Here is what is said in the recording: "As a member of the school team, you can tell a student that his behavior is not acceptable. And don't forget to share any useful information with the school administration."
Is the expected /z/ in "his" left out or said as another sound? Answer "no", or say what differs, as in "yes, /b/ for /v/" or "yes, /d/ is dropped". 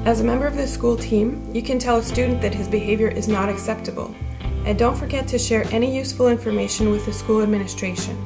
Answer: no